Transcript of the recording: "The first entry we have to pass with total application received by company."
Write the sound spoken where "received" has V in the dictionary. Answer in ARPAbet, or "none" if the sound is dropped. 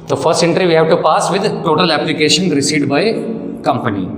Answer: none